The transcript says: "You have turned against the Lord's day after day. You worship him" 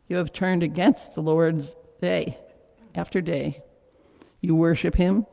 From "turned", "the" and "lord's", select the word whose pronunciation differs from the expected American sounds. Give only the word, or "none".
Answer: none